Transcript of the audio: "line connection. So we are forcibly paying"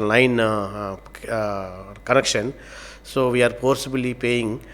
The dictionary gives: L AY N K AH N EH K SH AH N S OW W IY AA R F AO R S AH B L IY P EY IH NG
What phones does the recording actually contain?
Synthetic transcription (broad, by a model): L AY N K AH N EH K SH AH N S OW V IY AA R P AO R S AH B L IY P EY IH NG